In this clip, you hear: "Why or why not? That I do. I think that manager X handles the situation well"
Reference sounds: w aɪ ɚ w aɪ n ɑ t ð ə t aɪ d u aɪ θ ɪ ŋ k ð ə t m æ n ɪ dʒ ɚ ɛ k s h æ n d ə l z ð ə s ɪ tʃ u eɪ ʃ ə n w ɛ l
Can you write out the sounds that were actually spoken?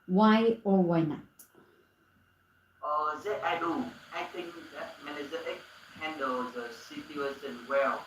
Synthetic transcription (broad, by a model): w aɪ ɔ w aɪ n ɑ t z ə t aɪ d u aɪ t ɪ ŋ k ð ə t m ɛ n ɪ z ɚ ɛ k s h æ n d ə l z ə s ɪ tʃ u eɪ s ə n w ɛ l